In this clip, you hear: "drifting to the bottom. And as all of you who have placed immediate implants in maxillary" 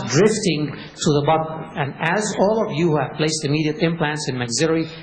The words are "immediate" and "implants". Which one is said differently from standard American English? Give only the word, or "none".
none